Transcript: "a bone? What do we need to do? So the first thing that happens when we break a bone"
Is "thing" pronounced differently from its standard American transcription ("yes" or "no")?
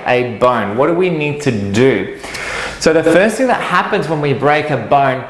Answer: no